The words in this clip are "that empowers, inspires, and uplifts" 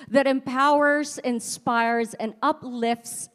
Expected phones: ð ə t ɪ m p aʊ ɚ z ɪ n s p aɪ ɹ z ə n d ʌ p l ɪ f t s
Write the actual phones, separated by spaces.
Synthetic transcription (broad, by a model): ð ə t ɪ m p aʊ ɚ z ɪ n s p aɪ ɹ z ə n ʌ p l ɪ f t s